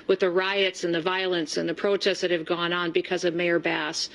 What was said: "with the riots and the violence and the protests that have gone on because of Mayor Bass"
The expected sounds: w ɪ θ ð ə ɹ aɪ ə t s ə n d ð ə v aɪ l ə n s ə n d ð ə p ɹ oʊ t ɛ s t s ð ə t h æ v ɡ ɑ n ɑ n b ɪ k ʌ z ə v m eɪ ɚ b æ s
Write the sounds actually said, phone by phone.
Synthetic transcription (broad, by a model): w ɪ ð ə ɹ aɪ ə t s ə n ð ə v aɪ l ə n s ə n ð ə p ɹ oʊ t ɛ s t ð ə t h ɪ v ɡ ɑ n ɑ n b ɪ k ʌ z ə v m eɪ ɚ b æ s